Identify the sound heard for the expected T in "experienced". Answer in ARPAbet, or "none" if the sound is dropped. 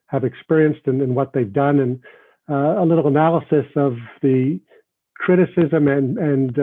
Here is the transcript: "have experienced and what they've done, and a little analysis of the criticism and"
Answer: T